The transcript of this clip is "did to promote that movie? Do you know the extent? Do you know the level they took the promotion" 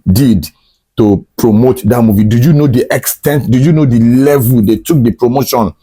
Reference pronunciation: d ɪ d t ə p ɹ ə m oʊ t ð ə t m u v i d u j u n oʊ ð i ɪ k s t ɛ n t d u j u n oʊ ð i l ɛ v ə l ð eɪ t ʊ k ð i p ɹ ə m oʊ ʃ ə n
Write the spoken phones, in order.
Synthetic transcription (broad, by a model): d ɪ d t ə p ɹ ə m oʊ t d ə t m u v i d u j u n oʊ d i ɪ k s t ɛ n t d u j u n oʊ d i l ɛ v ə l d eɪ t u k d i p ɹ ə m oʊ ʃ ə n